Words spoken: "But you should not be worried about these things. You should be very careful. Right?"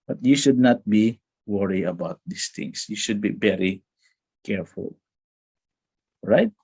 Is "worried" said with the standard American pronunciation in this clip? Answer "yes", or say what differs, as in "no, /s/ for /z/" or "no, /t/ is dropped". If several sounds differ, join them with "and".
no, /d/ is dropped